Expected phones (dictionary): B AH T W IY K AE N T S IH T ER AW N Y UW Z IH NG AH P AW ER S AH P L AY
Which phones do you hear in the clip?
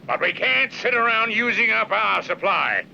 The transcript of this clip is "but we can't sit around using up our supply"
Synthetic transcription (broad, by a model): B AH T W IY K AE N T S IH T ER AW N Y UW Z IH NG AH P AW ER S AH P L AY